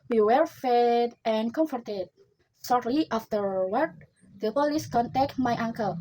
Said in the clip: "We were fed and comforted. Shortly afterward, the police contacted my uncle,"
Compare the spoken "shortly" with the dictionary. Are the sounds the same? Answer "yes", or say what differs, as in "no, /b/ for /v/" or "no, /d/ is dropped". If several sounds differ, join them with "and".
no, /s/ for /ʃ/